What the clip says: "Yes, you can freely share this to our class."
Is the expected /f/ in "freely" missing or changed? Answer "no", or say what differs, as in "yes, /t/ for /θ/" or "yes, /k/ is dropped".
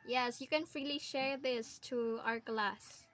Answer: no